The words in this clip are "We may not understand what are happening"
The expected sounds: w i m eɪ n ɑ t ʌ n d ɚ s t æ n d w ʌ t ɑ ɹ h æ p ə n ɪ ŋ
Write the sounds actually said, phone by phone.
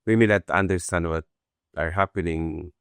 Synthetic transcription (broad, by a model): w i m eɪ l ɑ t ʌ n d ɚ s t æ n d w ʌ t ɑ ɹ h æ p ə n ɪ ŋ